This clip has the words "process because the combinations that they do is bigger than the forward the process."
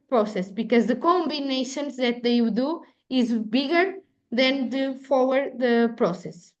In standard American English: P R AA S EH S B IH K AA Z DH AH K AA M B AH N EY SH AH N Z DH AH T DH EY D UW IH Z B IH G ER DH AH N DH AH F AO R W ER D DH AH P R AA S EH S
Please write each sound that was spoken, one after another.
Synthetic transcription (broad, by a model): P R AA S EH S B IH K AA Z DH AH K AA M B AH N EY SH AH N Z DH AH T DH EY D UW IH Z B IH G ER DH AH N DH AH F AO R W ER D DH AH P R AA S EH S